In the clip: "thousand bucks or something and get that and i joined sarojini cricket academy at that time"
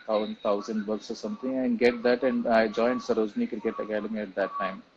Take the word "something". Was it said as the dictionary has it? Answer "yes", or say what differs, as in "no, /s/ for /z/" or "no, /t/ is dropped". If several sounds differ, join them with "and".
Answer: no, /t/ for /θ/